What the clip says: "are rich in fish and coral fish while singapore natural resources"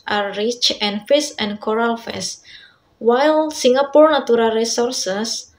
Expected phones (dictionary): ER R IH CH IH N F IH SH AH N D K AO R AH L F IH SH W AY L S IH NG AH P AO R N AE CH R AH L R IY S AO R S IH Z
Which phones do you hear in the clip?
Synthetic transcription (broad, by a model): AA R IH CH IH N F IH S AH N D K AO R AH L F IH S W AY L S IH NG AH P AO R N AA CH R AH L R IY S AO R S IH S